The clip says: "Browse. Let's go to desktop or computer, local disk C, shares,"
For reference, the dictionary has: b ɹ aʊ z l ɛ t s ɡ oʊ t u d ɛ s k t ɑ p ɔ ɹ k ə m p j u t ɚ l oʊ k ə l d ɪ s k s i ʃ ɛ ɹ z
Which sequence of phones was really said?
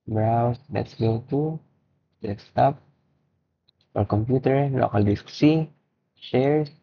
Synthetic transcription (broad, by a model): b ɹ aʊ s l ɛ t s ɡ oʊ t u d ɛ k s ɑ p ɔ ɹ k ə m p j u t ɚ l oʊ k ə l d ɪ s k s i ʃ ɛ ɹ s